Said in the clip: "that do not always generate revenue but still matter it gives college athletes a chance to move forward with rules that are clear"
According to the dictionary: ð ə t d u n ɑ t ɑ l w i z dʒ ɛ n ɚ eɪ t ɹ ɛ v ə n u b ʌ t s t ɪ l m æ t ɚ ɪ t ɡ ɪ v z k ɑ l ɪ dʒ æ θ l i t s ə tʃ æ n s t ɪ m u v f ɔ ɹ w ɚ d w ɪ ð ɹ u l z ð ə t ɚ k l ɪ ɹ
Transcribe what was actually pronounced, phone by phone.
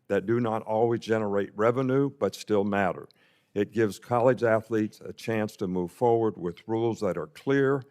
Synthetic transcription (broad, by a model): ð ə t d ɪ n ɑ t ɑ l w i z dʒ ɛ n ɚ eɪ t ɹ ɛ v ə n u b ʌ t s t ɪ l m æ t ɚ ɪ t ɡ ɪ v z k ɑ l ɪ dʒ æ θ l i t s ə tʃ æ n s t ɪ m u v f ɔ ɹ w ɚ d w ɪ ð ɹ u l z ð ə t ɚ k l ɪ ɹ